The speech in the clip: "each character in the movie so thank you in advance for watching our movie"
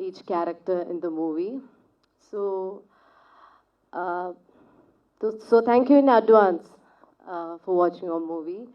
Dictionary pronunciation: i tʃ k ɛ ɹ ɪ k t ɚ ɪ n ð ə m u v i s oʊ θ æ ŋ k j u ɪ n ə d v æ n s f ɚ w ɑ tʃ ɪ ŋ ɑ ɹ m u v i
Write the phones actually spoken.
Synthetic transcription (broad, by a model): i tʃ k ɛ ɹ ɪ k t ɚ ɪ n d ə m u v i s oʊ s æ ŋ k j u ɪ n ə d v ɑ n s f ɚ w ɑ tʃ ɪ ŋ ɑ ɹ m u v i